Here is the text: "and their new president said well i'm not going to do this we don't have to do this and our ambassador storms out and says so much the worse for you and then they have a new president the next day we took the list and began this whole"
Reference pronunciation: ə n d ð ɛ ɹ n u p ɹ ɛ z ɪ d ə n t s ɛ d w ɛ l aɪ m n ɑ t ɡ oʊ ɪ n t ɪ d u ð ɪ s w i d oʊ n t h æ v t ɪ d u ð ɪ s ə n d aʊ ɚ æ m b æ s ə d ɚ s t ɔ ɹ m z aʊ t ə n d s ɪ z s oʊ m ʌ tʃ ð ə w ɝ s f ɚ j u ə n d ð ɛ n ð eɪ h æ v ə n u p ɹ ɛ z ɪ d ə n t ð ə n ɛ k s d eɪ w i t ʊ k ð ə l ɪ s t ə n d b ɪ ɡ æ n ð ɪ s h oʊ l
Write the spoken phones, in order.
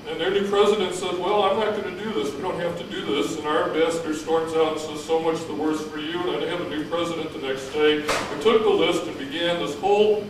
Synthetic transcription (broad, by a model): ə n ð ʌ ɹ n u p ɹ ɛ z ɪ d ə n t s ɛ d w ɛ l aɪ m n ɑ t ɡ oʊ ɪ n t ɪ d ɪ ð ɪ s w i d oʊ n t h æ f t ɪ d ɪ ð ɪ s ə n aʊ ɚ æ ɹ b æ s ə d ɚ s t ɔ ɹ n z aʊ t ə s ɪ z s oʊ m ʌ tʃ ð ə w ɝ s f ɚ j u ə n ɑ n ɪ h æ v ə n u p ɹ ɛ z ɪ d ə n ð ə n ɛ k s d eɪ w i t ʊ k ð ə l ɪ s t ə n b ɪ ɡ æ n ð ɪ s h oʊ l